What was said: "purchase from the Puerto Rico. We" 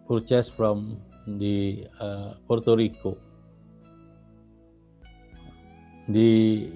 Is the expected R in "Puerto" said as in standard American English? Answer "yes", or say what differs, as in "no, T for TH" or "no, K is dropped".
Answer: yes